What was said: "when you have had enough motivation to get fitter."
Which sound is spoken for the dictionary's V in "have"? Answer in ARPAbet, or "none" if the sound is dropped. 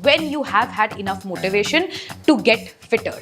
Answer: V